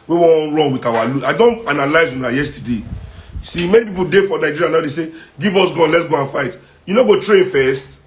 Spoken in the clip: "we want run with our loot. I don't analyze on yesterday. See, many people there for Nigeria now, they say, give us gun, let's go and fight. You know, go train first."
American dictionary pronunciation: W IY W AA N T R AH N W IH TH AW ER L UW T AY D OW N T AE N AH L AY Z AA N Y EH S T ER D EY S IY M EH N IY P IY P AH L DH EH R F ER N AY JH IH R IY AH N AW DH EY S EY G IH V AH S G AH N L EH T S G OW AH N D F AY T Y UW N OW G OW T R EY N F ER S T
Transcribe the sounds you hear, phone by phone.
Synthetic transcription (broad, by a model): W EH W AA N R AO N W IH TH AW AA L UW AY D OW N T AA N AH L AY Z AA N Y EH S T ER D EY S IY M EH N IY P IY P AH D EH F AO N AY JH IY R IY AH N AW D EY S EY G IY V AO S G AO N L EH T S G OW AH N F AY T Y UW N OW G OW T R EY N F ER S T